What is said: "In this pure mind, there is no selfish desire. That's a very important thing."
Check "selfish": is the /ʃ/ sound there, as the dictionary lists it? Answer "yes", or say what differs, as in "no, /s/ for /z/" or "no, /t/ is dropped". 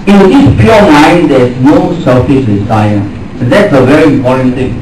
no, /s/ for /ʃ/